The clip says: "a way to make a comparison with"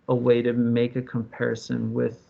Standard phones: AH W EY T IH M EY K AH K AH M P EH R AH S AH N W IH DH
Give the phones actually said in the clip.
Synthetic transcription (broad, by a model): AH W EY T IH M EY K AH K AH M P EH R AH S AH N W IH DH